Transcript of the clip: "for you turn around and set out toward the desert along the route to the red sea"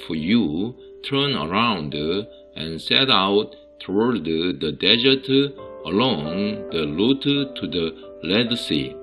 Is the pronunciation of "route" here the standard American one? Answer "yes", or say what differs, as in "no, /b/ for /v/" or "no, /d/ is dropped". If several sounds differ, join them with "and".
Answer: no, /l/ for /ɹ/